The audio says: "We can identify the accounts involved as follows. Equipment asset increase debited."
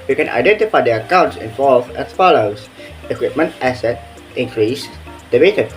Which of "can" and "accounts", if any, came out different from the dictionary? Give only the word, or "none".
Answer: none